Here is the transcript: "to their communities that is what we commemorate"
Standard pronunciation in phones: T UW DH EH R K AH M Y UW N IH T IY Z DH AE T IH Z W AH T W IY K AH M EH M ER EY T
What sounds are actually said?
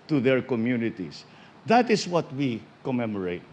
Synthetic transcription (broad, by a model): T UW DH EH R K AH M Y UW N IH T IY S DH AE T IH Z W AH T W IY K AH M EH M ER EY T